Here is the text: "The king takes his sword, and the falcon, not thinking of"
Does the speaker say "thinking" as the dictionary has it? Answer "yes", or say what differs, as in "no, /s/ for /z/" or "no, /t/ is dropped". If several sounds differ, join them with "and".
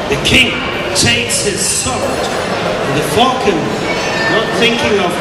yes